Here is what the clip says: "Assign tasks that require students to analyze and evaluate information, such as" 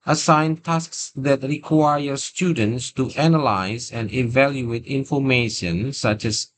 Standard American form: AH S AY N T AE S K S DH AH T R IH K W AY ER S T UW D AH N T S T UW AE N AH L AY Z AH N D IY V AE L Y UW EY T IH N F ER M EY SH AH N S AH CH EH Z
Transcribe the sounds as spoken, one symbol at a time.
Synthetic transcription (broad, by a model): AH S AY N T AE S K S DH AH T R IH K W AY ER S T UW D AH N T S T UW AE N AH L AY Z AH N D IY V AE L Y UW EY T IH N F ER M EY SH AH N S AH CH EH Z